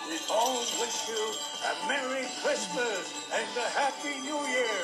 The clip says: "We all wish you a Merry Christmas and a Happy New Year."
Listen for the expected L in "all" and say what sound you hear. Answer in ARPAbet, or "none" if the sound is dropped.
N